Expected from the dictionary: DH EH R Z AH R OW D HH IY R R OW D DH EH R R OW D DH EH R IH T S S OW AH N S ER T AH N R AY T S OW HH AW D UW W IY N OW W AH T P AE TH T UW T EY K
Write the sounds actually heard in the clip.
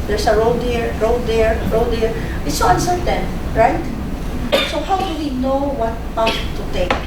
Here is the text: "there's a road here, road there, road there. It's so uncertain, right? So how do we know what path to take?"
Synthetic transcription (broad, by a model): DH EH R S AH R OW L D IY R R OW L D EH R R OW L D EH R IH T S S OW AH N S ER T AH N R AY T S OW HH AW D UW W IY N OW W AH T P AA T UW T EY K